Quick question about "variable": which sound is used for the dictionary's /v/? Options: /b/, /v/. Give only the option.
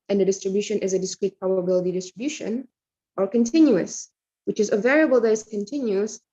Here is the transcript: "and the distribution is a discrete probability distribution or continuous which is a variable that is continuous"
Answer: /v/